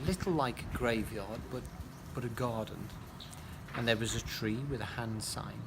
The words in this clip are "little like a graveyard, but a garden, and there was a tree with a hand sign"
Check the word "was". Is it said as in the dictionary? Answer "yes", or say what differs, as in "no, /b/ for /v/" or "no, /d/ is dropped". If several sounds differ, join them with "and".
yes